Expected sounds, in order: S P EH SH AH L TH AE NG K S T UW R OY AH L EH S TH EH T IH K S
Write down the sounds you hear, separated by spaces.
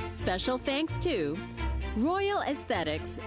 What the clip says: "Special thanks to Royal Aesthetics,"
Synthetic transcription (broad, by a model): S P EH SH L TH AE NG K S T UW R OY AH L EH S TH EH T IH K S